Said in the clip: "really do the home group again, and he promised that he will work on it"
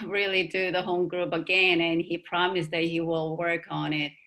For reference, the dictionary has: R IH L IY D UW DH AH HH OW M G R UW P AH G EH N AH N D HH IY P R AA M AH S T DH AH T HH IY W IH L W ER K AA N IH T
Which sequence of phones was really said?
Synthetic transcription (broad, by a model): R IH L IY D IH DH AH HH OW M G R UW P AH G EH N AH N IY P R AA M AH S DH AH T HH IY W IH L W ER K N IH T